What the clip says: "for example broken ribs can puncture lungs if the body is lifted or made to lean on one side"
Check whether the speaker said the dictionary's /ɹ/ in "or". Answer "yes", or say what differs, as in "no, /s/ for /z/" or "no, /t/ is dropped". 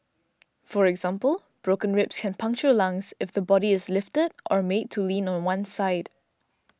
yes